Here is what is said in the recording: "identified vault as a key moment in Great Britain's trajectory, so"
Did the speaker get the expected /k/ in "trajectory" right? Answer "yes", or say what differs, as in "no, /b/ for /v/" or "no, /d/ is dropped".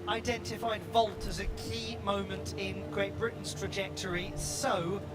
yes